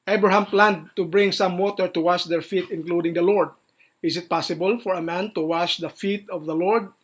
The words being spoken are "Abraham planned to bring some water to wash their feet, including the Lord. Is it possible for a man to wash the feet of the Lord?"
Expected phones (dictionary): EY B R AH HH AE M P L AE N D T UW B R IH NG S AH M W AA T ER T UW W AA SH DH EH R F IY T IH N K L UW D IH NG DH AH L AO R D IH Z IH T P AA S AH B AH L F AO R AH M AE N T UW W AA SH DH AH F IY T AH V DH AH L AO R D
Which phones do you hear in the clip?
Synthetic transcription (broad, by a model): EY B R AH HH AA M P L AE N D T UW B R IH NG S AH M W AA T ER T UW W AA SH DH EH R F IY T IH N K L UW D IH NG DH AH L AO R D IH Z IH T P AA S AH B AH L F AO R AH M AE N T UW W AA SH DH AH F IY T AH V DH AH L AO R D